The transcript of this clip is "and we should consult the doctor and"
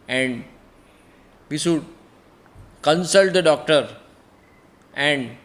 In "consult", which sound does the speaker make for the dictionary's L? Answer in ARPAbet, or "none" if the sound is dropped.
L